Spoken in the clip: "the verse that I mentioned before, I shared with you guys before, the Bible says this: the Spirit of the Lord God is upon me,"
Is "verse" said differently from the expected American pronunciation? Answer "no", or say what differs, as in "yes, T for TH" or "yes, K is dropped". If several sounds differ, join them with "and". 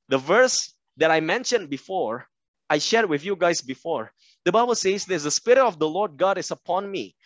no